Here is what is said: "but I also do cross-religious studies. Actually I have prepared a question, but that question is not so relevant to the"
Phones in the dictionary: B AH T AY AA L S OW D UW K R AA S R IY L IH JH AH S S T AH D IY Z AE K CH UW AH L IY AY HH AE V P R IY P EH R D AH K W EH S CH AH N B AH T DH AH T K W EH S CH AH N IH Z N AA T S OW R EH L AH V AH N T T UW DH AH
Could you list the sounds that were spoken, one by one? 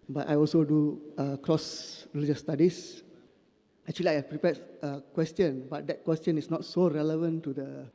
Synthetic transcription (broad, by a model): B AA T AY AA L S OW D UW K R AA S R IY L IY JH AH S S T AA D IY S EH K CH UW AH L IY AY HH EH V P R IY P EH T AH K W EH S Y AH N B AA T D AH T K W EH S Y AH N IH S N AA T S OW R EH L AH V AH N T T UW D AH